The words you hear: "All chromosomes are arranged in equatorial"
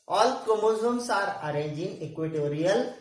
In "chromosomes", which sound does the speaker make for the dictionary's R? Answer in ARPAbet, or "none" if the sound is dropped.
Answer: none